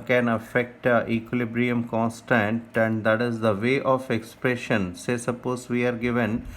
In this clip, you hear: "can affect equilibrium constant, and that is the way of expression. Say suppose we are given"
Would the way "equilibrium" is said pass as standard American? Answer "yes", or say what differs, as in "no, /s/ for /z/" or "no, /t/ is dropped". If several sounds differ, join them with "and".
yes